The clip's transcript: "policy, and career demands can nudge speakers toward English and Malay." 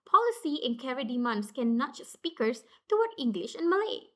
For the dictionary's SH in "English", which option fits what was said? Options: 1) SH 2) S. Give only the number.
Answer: 1